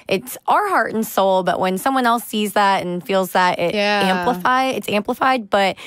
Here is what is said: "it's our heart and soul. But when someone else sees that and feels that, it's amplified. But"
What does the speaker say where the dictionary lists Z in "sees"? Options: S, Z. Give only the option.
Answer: Z